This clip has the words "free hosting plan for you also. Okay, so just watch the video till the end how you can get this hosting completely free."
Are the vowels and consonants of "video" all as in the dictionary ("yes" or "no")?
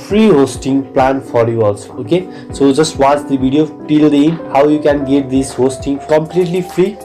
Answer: no